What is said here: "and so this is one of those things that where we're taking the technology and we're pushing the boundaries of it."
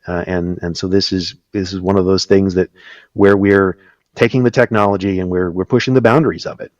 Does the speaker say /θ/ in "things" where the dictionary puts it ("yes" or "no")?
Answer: yes